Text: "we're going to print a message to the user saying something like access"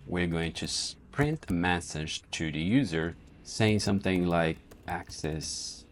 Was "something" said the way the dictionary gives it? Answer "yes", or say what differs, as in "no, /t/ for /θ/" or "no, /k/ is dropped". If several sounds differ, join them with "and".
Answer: yes